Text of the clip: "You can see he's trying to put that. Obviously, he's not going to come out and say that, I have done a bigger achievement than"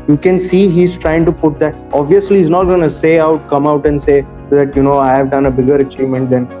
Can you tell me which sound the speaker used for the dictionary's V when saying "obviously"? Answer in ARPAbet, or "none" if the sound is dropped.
V